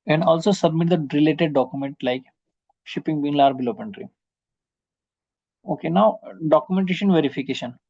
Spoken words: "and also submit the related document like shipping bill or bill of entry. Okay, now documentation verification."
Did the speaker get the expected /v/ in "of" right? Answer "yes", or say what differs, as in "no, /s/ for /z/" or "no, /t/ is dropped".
no, /p/ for /v/